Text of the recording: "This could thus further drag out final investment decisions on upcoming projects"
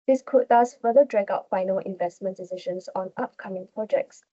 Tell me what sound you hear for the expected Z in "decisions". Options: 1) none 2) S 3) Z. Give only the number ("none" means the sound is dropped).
2